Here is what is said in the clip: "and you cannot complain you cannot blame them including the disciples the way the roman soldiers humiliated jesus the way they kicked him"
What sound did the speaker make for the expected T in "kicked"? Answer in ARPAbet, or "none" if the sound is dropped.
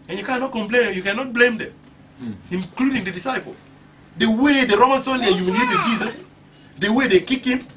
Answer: none